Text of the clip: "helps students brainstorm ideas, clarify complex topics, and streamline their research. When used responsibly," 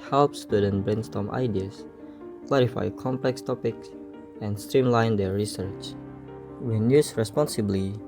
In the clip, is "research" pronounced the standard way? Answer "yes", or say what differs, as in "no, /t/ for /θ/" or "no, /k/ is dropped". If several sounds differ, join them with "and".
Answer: yes